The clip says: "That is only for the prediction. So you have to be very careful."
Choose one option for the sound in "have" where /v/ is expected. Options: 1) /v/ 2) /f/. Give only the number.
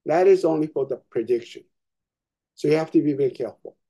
2